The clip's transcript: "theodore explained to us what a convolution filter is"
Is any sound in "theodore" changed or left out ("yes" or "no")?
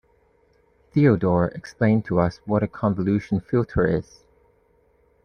no